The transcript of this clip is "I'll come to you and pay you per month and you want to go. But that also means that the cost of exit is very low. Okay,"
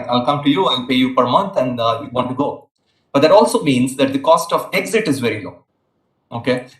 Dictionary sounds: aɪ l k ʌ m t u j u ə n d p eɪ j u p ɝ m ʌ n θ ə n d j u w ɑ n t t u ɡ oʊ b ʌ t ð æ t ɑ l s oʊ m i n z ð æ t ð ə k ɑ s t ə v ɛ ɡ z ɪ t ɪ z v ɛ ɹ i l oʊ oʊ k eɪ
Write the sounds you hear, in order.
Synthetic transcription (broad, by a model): aɪ l k ʌ m t u j u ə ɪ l p eɪ j u p ɝ m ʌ n t ə n d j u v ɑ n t t u ɡ oʊ b ʌ t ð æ t ɑ l s oʊ m i n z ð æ t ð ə k ɑ s t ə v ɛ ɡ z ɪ t ɪ z v ɛ ɹ i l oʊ oʊ k eɪ